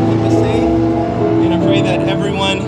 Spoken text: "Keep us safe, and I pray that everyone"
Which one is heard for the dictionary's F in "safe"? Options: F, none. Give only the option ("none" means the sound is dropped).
none